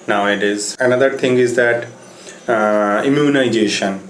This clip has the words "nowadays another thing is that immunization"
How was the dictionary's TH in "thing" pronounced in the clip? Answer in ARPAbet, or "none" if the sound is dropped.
T